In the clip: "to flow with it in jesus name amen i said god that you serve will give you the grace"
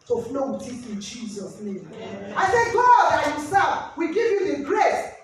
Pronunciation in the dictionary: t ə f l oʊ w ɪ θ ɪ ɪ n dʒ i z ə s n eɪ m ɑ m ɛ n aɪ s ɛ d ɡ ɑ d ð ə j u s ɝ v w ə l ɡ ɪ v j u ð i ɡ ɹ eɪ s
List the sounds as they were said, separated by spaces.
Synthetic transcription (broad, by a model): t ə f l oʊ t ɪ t ɪ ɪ n dʒ i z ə s n eɪ m ɑ ɪ s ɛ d ɡ ɑ d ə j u s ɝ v w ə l ɡ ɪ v j u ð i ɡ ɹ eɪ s